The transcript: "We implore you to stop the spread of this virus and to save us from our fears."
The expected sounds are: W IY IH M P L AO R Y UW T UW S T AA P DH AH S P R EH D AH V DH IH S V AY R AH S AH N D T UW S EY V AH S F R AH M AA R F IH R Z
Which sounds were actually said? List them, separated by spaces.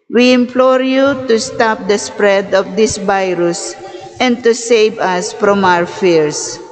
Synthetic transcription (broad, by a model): W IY IH M P L AO R Y UW T UW S T AA P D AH S P R EH D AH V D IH S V AY R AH S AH N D T UW S EY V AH S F R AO M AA W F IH R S